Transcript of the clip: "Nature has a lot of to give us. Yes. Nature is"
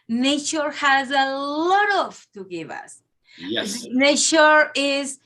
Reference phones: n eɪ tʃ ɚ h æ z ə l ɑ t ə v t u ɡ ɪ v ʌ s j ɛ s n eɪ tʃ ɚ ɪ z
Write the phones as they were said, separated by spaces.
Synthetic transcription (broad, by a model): n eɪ tʃ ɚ h æ z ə l ɑ t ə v t u ɡ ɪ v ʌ s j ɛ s n eɪ tʃ ɚ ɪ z